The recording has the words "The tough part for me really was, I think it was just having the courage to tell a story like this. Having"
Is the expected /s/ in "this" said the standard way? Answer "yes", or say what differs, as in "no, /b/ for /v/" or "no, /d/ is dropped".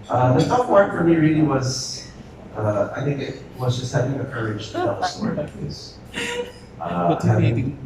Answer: no, /s/ is dropped